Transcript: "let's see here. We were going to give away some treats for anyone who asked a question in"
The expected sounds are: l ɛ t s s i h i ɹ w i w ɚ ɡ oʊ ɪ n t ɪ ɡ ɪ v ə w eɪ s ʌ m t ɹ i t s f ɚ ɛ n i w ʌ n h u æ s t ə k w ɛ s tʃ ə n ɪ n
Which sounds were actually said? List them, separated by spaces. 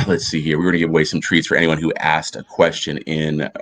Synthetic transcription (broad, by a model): l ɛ t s s i h i ɹ w i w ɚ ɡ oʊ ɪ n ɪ ɡ ɪ v ə w eɪ s ʌ m t ɹ i t s f ɚ ɛ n i w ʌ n h u æ s t ə k w ɛ s tʃ ə n ɪ n